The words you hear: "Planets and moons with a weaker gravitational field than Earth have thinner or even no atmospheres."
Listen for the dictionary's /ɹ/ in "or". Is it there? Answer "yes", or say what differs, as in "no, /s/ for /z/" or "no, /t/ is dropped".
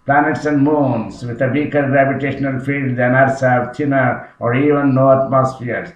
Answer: yes